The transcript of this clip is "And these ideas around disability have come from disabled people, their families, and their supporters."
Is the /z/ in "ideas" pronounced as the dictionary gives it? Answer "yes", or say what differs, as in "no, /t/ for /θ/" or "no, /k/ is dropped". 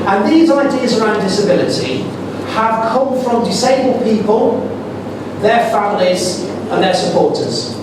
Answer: yes